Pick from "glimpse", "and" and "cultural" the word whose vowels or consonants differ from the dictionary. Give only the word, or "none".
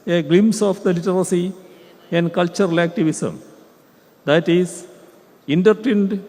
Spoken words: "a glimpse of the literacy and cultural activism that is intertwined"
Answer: glimpse